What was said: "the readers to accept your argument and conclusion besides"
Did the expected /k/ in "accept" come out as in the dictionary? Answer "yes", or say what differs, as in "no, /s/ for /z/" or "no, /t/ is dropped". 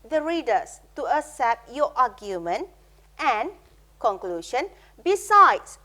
no, /k/ is dropped